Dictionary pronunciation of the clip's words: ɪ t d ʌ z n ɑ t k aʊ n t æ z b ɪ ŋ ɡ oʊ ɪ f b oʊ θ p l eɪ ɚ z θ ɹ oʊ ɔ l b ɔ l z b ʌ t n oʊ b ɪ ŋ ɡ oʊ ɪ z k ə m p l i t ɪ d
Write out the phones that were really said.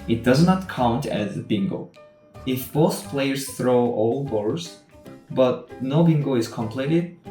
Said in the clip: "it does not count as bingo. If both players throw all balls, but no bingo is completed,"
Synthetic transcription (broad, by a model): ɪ t d ʌ z n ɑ t k aʊ n t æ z b ɪ ŋ ɡ oʊ ɪ f b oʊ θ p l eɪ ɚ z θ ɹ oʊ ɔ l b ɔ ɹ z b ʌ t n oʊ b ɪ ŋ ɡ oʊ ɪ z k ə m p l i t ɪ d